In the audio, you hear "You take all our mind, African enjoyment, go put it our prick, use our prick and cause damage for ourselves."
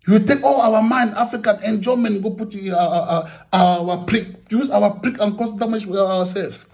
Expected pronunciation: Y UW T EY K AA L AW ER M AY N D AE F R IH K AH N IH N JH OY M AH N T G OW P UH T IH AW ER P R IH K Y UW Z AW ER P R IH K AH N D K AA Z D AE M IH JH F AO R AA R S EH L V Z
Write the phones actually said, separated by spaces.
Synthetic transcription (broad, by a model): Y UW T EY K AA L AW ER M AY N D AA F R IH K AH N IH N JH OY M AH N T G OW P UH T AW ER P R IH K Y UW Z AW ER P R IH K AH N K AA S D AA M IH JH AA W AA S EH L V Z